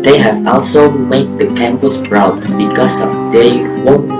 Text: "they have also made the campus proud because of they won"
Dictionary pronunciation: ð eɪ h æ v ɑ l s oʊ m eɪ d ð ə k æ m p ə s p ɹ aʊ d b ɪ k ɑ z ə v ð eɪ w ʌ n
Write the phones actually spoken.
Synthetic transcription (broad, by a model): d eɪ h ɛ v ɑ l s oʊ m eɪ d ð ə k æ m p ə s b ɹ aʊ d b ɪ k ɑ s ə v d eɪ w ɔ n